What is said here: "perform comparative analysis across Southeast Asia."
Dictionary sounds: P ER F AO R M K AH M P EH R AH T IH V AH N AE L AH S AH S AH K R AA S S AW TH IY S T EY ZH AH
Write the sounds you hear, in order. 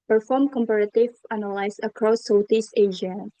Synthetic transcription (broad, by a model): P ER F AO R M K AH M P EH R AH T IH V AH N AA L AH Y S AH K R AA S S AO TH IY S EY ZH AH